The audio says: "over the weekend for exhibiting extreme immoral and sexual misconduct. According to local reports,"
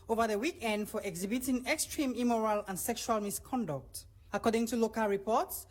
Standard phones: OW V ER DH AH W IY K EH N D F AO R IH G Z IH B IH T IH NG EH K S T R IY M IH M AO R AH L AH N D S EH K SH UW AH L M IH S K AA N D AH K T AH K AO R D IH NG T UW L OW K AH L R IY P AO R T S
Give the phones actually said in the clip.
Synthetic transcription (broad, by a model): OW V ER DH AH W IY K EH N D F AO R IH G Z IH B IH T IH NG EH K S T R IY M IH M AO R AH L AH N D S EH K SH UW AH L M IH S K AA N D AH K T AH K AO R D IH NG T UW L OW K AH L R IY P AO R T S